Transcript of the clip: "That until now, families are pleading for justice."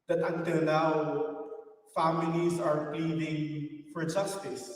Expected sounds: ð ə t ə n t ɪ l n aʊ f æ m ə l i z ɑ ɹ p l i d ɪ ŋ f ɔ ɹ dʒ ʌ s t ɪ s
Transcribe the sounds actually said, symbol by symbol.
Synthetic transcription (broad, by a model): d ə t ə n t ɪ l n aʊ f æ m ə l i s ɑ ɹ p l i d ɪ ŋ f ɔ ɹ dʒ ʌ s t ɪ s